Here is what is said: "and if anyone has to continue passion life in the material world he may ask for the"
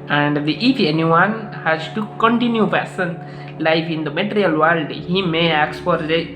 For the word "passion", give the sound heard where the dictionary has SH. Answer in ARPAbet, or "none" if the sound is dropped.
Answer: S